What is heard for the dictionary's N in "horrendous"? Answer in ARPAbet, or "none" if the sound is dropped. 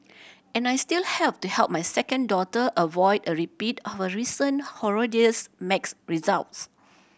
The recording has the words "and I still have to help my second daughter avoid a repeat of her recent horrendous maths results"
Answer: none